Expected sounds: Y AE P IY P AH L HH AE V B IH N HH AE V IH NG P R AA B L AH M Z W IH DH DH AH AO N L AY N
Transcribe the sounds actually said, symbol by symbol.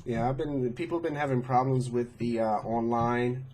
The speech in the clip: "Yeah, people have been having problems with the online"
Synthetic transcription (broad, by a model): Y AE B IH P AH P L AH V B IH N HH AE V IH NG P R AA B L AH M Z W IH DH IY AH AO N L AY N